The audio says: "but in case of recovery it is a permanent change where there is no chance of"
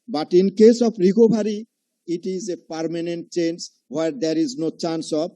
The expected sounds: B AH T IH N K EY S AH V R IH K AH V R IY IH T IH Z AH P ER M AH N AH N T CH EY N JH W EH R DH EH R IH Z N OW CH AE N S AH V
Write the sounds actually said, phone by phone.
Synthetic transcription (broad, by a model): B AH T IH N K EY S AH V R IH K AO B R IY IH T IH Z AH P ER M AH N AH N T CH EY N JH W EH R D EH R IH Z N OW CH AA N S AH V